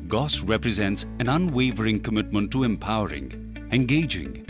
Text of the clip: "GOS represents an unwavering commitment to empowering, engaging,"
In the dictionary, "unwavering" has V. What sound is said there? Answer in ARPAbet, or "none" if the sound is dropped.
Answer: V